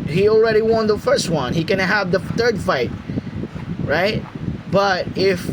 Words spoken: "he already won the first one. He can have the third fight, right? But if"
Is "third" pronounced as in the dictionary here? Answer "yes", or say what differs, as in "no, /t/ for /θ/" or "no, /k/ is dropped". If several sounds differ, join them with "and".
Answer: yes